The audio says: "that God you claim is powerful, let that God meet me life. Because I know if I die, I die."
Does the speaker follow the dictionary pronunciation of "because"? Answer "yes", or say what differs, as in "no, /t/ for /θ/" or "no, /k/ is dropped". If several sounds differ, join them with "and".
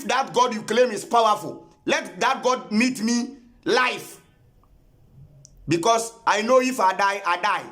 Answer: no, /s/ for /z/